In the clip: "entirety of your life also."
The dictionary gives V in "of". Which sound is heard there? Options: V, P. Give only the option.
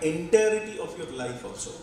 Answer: P